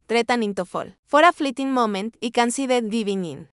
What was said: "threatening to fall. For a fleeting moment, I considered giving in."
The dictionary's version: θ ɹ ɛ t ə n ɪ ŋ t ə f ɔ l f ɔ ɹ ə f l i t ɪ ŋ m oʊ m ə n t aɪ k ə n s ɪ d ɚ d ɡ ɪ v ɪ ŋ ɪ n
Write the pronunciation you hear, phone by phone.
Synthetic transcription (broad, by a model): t ɹ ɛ t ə n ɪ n t ə f ɔ l f ɔ ɹ ə f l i t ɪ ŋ m oʊ m ə n t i k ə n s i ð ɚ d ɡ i b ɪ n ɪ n